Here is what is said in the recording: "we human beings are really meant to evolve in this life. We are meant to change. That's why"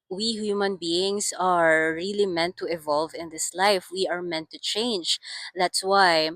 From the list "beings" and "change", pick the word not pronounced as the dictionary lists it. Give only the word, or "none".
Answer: beings